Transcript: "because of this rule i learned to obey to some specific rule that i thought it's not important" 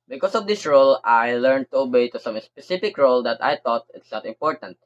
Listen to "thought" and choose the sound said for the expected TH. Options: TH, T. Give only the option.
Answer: T